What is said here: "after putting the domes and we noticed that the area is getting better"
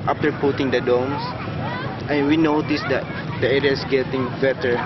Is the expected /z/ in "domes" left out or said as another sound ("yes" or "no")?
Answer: yes